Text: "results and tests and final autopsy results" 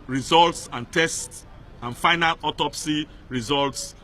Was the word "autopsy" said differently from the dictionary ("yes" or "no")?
no